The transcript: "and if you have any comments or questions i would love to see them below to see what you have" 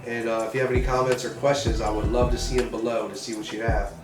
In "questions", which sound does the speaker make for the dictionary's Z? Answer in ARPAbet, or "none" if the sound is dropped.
Z